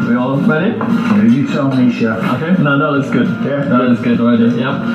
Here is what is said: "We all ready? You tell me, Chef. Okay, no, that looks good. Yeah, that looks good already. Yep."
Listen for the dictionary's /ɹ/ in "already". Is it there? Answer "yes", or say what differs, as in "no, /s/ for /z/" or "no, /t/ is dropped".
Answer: no, /ɹ/ is dropped